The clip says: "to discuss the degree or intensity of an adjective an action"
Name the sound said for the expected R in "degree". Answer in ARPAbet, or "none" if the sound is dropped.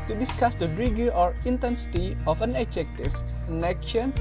none